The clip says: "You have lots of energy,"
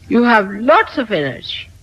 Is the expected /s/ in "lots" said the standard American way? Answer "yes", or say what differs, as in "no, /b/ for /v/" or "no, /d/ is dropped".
yes